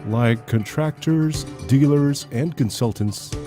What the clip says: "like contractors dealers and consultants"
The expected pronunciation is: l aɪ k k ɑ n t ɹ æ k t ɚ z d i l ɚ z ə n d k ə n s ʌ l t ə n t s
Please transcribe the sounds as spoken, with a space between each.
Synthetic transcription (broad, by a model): l aɪ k k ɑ n t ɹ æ k t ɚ z d i l ɚ z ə n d k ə n s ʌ l t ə n t s